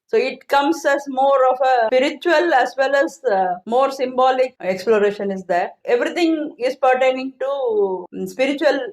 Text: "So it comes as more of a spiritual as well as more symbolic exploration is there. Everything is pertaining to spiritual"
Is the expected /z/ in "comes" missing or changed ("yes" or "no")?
yes